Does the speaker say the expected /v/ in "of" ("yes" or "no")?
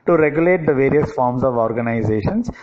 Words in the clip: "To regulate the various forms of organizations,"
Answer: yes